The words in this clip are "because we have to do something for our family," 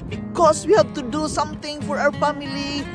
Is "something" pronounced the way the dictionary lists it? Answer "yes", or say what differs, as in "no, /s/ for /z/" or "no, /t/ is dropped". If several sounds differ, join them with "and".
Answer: no, /t/ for /θ/